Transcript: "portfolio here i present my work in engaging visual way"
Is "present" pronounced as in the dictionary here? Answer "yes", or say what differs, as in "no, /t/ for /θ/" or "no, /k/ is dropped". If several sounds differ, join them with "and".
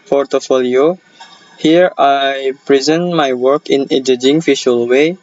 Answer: yes